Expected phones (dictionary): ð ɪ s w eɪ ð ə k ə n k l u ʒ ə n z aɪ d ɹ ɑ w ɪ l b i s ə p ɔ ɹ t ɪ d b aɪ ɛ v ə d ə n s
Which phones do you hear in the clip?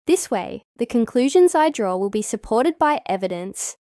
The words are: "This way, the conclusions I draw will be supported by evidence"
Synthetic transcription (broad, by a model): ð ɪ s w eɪ ð ə k ə n k l u ʒ ə n z aɪ d ɹ ɑ w ɪ l b i s ə p ɔ ɹ t ɪ d b aɪ ɛ v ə d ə n s